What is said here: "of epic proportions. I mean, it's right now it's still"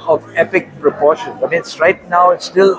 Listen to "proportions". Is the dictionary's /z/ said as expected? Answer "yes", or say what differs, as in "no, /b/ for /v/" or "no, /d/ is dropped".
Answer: no, /z/ is dropped